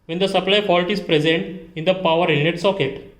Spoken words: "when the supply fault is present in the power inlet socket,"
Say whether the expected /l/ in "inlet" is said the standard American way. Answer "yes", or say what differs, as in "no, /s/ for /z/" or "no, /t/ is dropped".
no, /l/ is dropped